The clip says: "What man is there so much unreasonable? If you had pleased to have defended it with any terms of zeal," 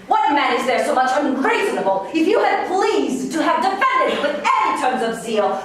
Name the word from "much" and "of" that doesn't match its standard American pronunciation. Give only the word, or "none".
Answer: none